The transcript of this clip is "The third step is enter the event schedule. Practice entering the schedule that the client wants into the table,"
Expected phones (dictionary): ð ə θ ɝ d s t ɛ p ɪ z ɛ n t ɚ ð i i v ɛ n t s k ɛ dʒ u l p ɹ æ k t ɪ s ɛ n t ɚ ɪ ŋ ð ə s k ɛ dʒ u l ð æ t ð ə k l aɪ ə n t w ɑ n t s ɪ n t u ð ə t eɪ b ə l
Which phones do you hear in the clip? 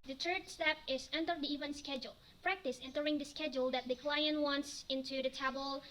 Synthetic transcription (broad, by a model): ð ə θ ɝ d s t ɛ p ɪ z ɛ n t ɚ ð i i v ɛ n s k ɛ dʒ u l p ɹ æ k t ɪ s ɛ n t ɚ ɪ ŋ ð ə s k ɛ dʒ u l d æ t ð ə k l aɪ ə n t w ɑ n t s ɪ n t u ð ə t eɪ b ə l